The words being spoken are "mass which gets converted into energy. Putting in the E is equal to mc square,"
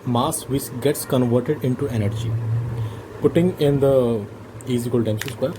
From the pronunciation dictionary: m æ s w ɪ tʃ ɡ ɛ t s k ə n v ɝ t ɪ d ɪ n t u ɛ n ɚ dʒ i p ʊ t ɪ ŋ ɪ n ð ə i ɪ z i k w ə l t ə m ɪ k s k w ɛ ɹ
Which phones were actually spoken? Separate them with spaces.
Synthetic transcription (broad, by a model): m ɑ s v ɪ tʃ ɡ ɛ t s k ə n v ɝ t ɪ d ɪ n t u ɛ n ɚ dʒ i p ʊ t ɪ ŋ ɪ n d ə i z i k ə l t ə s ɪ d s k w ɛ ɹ